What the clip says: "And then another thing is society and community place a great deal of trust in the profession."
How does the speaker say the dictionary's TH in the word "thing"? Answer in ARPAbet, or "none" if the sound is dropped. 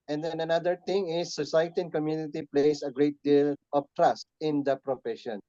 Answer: T